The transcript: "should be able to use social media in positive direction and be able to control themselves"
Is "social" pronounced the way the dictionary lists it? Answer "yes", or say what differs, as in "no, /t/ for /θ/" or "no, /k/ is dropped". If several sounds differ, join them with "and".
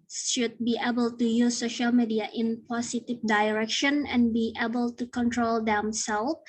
yes